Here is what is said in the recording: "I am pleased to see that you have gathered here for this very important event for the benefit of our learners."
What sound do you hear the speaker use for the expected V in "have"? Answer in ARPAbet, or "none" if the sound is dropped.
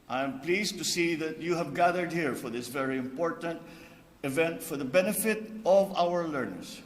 V